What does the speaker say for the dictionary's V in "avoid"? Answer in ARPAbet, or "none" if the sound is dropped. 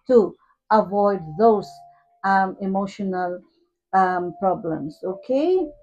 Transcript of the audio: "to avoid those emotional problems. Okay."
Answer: V